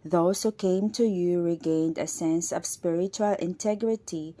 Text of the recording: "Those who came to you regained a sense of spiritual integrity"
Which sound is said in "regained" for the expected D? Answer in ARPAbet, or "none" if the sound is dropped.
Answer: D